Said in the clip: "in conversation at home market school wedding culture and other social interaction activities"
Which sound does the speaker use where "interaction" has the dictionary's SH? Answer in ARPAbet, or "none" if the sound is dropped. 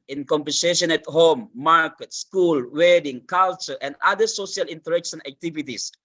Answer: S